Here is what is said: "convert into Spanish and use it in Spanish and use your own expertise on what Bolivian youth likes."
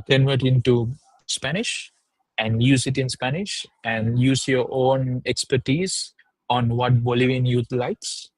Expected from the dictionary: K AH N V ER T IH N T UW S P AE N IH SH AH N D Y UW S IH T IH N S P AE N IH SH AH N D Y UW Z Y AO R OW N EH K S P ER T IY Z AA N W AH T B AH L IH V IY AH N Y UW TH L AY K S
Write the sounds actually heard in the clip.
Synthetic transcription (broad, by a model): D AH N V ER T IH N T UW S P AE N IH SH AH N D Y UW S IH T IH N S P AE N IH SH AH N D Y UW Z Y AO R OW N EH K S P ER T IY Z AA N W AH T B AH L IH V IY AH N Y UW T L AY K S